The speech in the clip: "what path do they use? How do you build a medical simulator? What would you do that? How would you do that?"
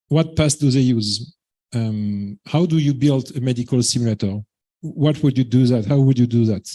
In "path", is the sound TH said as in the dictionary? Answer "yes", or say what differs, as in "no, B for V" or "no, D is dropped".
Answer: no, S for TH